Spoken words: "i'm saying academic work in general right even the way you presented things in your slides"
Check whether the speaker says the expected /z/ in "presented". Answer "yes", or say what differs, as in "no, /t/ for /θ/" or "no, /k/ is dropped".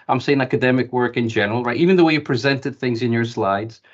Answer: yes